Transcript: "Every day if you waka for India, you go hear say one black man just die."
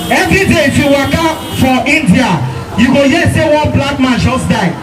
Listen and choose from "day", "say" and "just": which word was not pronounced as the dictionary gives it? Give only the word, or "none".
just